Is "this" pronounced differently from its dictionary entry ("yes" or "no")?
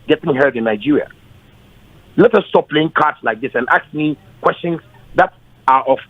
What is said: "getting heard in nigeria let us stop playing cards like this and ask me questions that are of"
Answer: no